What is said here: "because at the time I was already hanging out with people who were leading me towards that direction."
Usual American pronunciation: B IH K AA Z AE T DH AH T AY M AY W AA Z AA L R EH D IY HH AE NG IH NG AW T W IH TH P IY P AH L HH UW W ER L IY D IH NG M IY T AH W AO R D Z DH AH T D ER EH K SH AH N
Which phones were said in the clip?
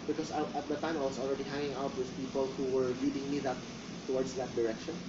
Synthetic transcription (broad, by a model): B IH K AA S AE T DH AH T AY M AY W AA S AA L R EH D IY HH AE NG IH NG AW T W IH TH P IY P AH L HH UW W ER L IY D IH NG M IY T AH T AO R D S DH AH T D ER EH K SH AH N